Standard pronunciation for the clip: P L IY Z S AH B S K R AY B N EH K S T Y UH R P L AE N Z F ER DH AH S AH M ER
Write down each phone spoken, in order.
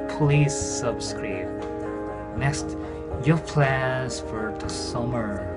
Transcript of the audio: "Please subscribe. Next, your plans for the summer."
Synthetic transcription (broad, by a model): P L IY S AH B S K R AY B N EH K S T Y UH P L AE Z F ER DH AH S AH M ER